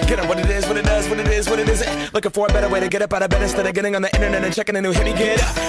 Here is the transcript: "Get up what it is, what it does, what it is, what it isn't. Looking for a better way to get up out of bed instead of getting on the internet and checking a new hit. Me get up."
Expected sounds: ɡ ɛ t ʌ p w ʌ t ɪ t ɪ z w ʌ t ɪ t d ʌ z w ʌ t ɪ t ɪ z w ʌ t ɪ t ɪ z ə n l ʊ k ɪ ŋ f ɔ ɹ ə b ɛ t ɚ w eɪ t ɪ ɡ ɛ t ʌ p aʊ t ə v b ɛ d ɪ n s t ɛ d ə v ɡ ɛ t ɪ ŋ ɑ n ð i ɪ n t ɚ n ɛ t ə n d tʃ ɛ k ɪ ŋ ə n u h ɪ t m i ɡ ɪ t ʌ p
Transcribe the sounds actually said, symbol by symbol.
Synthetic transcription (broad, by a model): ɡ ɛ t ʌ w ʌ t ɪ t ɪ z w ʌ t ɪ t d ʌ z w ʌ t ɪ t ɪ z w ʌ t ɪ t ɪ z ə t l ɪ k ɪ f ɔ ɹ b ɛ t ɚ w eɪ t ɪ ɡ ɛ t ʌ p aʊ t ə b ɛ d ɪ s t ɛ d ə ɡ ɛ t ɪ ŋ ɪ n ð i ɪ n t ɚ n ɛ t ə n tʃ ɛ k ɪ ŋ ə n u h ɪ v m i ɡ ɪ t